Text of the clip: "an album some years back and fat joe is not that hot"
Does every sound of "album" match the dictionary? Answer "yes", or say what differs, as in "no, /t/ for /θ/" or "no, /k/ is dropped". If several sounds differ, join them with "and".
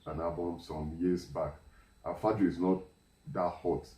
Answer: no, /l/ is dropped